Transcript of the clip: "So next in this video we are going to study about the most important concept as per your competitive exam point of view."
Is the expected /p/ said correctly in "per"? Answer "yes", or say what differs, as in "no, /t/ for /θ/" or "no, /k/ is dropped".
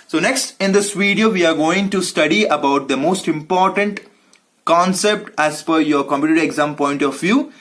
no, /f/ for /p/